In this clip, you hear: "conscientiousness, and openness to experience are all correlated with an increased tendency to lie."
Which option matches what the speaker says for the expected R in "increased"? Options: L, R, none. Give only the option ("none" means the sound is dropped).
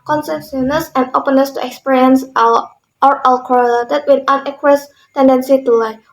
none